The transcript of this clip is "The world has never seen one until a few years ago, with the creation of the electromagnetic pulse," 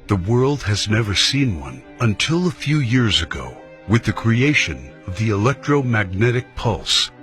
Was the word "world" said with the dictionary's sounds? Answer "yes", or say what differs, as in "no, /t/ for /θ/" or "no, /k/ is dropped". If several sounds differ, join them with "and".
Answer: yes